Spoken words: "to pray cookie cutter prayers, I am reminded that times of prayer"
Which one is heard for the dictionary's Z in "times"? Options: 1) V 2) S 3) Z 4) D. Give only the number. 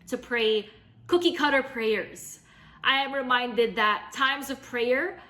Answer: 3